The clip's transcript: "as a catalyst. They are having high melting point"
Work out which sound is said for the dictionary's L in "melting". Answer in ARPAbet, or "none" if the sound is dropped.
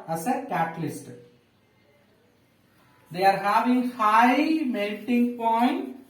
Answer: N